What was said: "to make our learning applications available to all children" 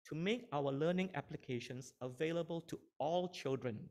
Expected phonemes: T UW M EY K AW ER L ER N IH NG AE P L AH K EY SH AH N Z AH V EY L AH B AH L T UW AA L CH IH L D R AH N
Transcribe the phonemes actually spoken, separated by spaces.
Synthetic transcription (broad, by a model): T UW M EY K AW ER L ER N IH NG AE P L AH K EY SH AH N S AH V EY L AH B AH L T UW AA L CH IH L D R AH N